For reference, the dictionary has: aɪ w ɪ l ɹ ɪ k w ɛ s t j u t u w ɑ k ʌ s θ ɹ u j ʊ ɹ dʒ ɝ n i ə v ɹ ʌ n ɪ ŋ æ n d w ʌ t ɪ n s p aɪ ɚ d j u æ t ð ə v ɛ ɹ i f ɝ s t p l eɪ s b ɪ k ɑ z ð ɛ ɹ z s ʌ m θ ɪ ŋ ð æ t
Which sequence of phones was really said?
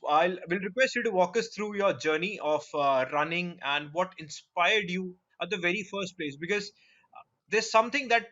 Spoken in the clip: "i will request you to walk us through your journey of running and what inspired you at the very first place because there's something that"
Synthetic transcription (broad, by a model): aɪ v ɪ l ɹ ɪ k w ɛ s t j u t u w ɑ k ʌ s t ɹ u j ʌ ɹ dʒ ɝ n i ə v ɹ ʌ n ɪ ŋ æ n d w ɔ t ɪ n s p aɪ ɚ d j u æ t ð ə v ɛ ɹ i f ɝ s t p l eɪ s b ɪ k ɑ z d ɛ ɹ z s ʌ m t ɪ ŋ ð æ t